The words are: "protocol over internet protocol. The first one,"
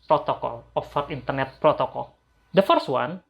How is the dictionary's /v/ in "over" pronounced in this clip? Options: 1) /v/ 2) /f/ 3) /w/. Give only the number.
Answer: 2